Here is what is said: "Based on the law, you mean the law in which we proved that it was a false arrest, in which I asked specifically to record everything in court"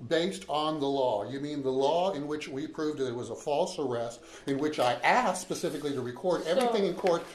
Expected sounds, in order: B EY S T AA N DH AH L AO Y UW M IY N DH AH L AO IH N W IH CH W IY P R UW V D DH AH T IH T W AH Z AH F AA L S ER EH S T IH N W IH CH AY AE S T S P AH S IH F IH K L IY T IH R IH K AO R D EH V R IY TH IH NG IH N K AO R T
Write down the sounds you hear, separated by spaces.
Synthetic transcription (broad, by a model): B EY S T N DH AH L AO Y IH M IY N DH AH L AO IH N W IH CH W IY P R UW V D DH AH T IH T W AH Z AH F AA L S ER EH S T IH N W IH CH AY AE S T S P AH S IH F IH K L IY T IH R IH K AO R D EH V R IY TH IH NG IH N K AO R T